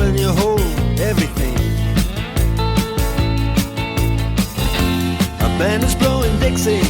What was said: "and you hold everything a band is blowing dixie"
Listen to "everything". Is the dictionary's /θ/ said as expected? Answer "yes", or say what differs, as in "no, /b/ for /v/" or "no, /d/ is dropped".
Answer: yes